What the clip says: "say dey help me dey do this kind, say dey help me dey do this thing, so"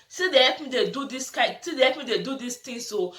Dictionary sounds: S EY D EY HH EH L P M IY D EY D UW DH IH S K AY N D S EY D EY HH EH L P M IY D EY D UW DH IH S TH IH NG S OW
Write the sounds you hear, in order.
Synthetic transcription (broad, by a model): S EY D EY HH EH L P M IY D EY D UW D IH S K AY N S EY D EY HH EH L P M IY D EY D UW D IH S T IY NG S OW